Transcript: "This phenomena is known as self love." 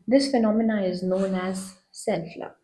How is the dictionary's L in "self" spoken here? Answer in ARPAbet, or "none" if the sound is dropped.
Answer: N